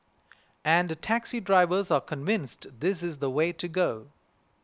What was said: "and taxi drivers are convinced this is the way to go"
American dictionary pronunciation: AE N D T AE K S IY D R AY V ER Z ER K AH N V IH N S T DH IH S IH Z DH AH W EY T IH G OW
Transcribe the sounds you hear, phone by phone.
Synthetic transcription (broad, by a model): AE N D T AE K S IY D R AY V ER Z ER K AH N V IH N S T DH IH S IH Z DH AH W EY T IH G OW